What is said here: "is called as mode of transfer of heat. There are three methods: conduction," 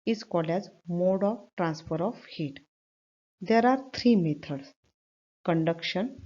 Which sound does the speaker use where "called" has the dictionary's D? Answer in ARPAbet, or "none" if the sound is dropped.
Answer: none